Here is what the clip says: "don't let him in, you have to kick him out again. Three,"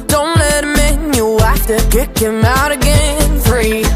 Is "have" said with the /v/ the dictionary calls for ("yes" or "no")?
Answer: no